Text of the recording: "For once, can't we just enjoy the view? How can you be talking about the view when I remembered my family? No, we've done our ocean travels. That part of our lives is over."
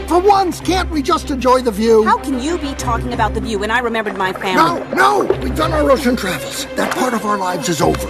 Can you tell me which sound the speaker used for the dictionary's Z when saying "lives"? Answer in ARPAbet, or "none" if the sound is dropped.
Z